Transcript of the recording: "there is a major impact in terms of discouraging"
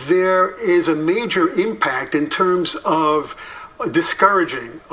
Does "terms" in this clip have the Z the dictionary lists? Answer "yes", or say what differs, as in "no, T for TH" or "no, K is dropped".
yes